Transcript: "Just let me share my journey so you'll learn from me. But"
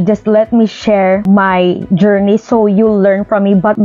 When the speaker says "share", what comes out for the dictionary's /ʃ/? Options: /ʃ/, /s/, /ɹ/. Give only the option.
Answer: /ʃ/